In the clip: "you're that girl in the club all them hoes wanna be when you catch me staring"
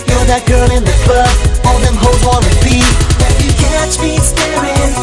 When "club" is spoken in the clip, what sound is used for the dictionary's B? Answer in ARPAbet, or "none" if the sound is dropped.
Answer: none